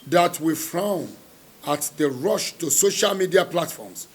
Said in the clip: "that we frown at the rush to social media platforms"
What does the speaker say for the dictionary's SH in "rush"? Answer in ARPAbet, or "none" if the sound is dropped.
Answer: SH